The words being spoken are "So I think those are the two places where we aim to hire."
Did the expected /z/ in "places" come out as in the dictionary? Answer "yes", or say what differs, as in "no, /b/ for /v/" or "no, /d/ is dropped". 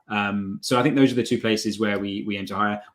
yes